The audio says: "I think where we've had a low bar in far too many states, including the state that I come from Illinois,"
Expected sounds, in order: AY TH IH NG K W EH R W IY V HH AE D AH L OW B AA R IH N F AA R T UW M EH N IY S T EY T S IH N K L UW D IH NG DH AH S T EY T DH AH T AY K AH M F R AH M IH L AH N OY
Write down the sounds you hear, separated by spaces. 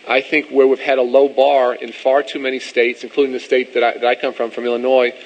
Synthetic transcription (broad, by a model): AY TH IH NG K W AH R W IY V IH D AH L OW B AA R IH N F AA R T UW M EH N IY S T EY T S IH N K L UW D IH NG DH AH S T EY T DH AH T AY K AH M F R AH M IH L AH N OY